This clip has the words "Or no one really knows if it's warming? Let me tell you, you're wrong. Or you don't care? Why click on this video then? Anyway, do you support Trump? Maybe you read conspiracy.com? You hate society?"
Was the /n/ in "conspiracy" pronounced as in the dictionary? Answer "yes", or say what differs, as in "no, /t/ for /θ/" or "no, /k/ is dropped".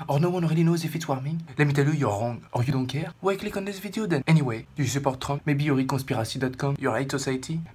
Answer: no, /n/ is dropped